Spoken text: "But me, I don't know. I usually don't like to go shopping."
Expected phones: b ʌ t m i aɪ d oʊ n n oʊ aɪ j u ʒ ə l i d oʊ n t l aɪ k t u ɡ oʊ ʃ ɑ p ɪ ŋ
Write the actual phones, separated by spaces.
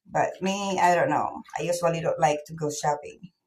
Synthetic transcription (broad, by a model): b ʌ t m i aɪ d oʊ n n oʊ aɪ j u s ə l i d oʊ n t l aɪ k t u ɡ oʊ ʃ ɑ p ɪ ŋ